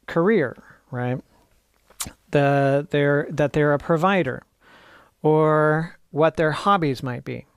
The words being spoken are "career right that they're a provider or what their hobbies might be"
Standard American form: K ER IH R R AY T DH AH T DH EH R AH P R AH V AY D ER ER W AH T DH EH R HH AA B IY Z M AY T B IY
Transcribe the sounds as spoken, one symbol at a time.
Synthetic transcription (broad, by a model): K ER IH R R AY T DH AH T DH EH R AH P R AH V AY D ER ER W AH T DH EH R HH AA B IY Z M AY T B IY